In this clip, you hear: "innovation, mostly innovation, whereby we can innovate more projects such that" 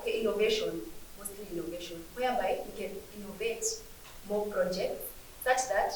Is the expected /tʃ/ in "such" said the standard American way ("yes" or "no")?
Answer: no